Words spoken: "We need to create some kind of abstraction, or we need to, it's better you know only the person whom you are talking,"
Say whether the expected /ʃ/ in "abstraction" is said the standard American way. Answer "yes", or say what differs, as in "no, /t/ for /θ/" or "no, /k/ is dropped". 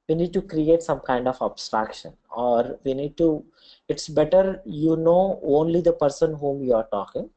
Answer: yes